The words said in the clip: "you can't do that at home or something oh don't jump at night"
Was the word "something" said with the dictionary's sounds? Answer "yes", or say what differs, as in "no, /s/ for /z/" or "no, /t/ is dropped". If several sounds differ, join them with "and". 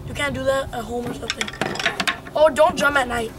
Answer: no, /m/ is dropped